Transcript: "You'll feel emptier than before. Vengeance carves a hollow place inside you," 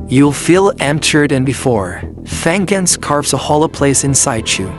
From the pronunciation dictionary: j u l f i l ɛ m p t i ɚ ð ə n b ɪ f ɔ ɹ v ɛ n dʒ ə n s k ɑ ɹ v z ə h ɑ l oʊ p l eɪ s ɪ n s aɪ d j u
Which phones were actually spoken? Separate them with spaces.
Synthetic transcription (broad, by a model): j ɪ l f i l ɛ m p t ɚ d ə n b ɪ f ɔ ɹ f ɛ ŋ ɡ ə n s k ɑ ɹ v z ə h ɑ l oʊ p l eɪ s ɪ n s aɪ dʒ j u